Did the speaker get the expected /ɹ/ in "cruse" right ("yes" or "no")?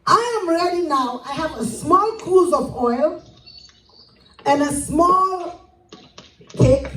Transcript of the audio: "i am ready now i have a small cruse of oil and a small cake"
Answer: no